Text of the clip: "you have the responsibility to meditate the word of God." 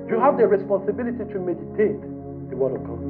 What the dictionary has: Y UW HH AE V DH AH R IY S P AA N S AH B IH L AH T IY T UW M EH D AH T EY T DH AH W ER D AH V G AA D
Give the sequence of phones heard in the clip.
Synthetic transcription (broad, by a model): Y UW HH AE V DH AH R IY S P AA N S AH B IH L AH T IY T UW M EH D AH T EY T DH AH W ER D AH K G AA